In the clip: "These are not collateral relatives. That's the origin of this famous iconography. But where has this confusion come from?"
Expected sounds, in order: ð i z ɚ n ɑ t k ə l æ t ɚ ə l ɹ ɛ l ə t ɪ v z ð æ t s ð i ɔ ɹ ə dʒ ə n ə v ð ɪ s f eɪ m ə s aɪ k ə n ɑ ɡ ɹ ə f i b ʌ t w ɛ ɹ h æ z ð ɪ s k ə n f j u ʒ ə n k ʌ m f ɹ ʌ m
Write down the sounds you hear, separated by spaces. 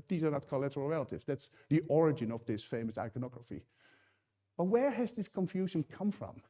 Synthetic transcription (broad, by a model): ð i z ɚ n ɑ t k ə l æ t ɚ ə l ɹ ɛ l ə t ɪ v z ð æ t s ð i ɔ ɹ ə dʒ ə n ə v ð ɪ s f eɪ m ə s aɪ k ə n ɑ ɡ ɹ ə f i b ʌ t w ɛ ɹ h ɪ z ð ɪ s k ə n f j u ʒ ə n k ʌ m f ɹ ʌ m